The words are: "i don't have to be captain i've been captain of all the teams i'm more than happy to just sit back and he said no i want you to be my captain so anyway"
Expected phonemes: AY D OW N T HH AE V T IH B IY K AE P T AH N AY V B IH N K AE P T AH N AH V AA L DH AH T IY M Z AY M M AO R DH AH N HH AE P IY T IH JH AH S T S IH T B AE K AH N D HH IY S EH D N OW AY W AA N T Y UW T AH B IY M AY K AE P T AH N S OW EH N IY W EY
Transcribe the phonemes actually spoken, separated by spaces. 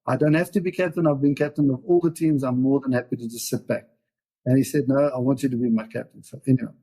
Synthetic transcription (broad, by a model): AY D OW N T HH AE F T IH B IY K AE P T AH N AY V B IH N K AE P T AH N AH V AA L DH AH T IY M Z AY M M AO R DH AH N HH AE P IY T IH JH AH S T S IH T B AE K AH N HH IY S EH D N OW AY W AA N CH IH T AH B IY M AY K AE P T AH N S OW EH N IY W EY